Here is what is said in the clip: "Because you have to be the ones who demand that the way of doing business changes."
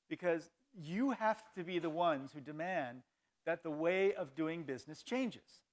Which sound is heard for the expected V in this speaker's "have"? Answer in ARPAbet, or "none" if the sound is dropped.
F